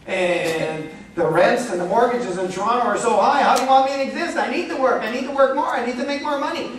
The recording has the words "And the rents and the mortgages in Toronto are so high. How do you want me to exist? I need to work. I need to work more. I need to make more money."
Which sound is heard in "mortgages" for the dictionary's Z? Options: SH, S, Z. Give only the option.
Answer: Z